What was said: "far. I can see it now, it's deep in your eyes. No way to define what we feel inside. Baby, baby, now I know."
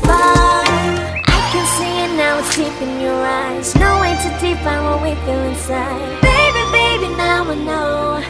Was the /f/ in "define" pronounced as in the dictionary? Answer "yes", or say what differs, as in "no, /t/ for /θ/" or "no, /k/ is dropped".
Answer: no, /p/ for /f/